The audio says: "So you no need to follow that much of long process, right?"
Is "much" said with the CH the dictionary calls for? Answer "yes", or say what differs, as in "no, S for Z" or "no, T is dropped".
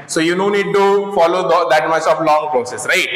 no, S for CH